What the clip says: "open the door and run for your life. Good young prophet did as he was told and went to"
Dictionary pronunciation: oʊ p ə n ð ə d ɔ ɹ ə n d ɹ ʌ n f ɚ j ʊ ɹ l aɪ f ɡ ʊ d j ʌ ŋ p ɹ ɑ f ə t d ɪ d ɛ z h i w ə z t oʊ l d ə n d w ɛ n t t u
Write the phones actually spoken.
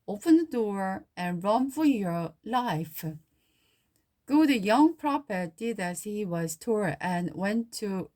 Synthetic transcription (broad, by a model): oʊ p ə n ð ə d ɔ ɹ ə n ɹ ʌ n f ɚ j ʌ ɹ l aɪ f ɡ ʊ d j ʌ ŋ p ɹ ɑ p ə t d ɪ d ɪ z h i w ə z t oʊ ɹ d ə n w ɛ n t t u